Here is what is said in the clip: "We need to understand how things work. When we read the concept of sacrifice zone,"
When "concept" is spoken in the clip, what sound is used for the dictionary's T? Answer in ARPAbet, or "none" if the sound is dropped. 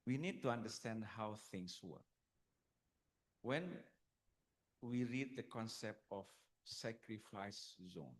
T